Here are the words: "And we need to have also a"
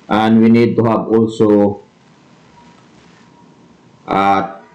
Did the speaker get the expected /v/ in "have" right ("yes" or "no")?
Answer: no